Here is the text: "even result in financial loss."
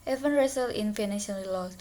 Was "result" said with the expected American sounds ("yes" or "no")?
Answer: no